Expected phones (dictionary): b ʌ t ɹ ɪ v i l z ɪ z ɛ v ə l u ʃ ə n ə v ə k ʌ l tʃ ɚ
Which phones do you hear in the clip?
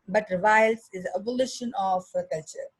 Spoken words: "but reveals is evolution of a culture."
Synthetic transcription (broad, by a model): b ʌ t ɹ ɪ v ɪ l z ɪ z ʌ b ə l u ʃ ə n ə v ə k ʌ l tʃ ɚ